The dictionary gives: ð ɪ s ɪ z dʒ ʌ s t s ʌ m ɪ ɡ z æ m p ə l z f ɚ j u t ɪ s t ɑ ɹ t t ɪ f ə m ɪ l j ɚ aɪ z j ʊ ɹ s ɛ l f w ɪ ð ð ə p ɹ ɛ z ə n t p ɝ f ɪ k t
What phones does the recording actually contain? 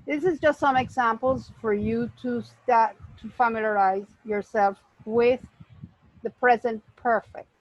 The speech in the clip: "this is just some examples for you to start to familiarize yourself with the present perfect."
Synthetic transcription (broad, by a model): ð ɪ s ɪ z dʒ ʌ s t s ʌ m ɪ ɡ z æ m p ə l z f ɚ j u t ɪ s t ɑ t t ɪ f ə m ɪ l j ɚ aɪ z j ʊ ɹ s ɛ l f w ɪ ð ð ə p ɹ ɛ z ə n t p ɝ f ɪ k t